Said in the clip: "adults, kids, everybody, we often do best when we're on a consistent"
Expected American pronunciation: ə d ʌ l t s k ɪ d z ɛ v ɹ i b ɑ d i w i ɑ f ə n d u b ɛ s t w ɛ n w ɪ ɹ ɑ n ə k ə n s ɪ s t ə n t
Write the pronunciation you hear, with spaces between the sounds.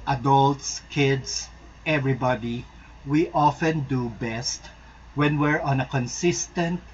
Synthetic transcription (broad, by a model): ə d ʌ l t s k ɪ d s ɛ v ɹ i b ɑ d i w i ɑ f ə n d u b ɛ s t w ɛ n w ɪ ɹ ɑ n ə k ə n s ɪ s t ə n t